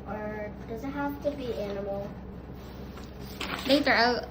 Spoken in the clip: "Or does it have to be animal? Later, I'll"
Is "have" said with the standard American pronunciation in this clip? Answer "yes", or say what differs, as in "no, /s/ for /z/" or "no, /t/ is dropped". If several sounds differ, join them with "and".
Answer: no, /f/ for /v/